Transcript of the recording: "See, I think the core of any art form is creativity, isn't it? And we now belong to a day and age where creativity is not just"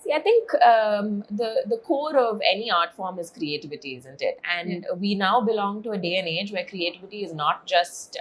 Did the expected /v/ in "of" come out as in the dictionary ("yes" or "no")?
yes